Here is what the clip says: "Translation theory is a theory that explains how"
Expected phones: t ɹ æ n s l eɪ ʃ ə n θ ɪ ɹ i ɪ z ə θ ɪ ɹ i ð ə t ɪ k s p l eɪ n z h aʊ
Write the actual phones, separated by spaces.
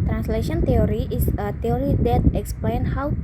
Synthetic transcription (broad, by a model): t ɹ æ n s l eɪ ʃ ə n t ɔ ɹ i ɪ s ə t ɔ ɹ i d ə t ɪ k s p l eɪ n h aʊ